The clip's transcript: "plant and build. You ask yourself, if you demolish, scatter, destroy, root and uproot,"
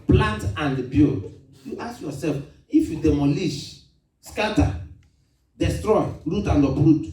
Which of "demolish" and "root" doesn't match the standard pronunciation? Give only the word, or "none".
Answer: none